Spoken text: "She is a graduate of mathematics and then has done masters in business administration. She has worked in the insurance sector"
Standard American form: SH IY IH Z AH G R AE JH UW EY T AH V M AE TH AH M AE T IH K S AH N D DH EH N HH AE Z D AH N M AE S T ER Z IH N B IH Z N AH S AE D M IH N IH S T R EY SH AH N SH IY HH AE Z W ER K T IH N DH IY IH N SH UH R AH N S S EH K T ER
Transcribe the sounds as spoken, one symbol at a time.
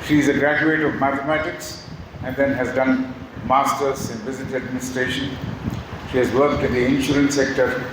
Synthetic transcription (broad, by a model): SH IY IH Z AH G R AE JH UW EY T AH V M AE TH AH M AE T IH K S AH N D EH N HH AE Z D AH N M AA S T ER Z IH N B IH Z AH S AE D M IH N IH S T R EY SH AH N SH IY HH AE Z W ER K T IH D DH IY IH N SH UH R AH N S S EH K T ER